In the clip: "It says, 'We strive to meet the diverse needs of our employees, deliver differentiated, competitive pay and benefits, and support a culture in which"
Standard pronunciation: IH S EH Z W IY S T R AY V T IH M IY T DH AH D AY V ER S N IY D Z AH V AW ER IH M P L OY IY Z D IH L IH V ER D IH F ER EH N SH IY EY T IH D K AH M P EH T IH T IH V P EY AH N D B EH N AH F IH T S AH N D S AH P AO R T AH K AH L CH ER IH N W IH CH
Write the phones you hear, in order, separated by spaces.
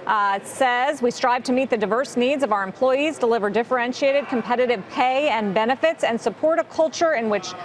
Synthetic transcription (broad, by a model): S EH Z W IY S T R AY V T IH M IY T DH AH D AY V ER S N IY D Z AH V AW ER IH M P L OY IY Z D IH L IH V ER D IH F ER EH N SH IY EY T IH D K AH M P EH T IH T IH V P EY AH N B EH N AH F IH T S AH N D S AH P AO R T AH K AH L CH ER IH N W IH CH